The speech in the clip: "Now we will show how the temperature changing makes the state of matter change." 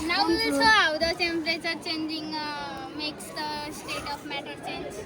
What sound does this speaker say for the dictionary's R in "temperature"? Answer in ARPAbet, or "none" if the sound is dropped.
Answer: L